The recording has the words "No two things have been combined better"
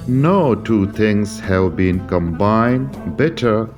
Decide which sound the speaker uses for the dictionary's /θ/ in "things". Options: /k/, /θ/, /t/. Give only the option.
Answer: /t/